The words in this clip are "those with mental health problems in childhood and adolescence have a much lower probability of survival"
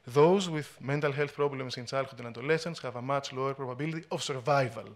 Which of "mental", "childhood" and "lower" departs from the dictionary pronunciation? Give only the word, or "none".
childhood